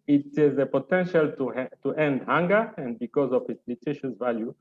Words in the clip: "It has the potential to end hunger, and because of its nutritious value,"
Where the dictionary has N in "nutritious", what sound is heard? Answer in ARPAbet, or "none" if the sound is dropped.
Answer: L